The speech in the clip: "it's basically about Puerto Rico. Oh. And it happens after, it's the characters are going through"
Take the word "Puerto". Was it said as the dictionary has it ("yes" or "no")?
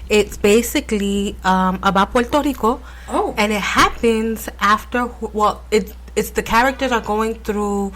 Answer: no